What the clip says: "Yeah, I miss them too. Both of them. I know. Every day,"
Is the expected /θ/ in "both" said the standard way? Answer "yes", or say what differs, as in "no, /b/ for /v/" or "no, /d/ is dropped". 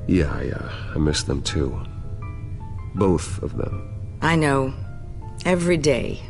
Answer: yes